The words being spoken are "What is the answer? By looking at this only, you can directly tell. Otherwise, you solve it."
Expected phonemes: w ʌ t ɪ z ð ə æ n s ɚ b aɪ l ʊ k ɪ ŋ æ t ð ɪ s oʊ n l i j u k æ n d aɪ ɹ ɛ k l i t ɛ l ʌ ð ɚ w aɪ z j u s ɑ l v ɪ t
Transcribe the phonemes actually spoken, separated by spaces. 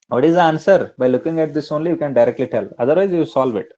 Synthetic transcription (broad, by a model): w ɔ t ɪ z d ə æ n s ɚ b aɪ l ʊ k ɪ ŋ æ t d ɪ s oʊ n l i j u k æ n d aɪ ɹ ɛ k l i t ɛ l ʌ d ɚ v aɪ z j u s ɑ l v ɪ t